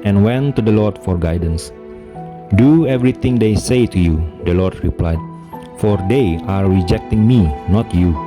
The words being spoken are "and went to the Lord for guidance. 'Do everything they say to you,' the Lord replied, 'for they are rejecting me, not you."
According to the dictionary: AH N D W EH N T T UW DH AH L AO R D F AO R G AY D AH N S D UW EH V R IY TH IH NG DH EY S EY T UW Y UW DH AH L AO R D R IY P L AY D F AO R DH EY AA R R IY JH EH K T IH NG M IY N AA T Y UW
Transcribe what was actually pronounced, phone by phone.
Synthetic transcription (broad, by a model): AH N W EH N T T UW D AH L AO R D F AO R G AY D AH N S D UW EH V R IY T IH NG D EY S EY T UW Y UW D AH L AO R D R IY P L AY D F AO R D EY AA R R IY JH EH K T IH NG M IY N AA T Y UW